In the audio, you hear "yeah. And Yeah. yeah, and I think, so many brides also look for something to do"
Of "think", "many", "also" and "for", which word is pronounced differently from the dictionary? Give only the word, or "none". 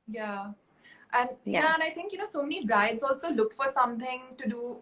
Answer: think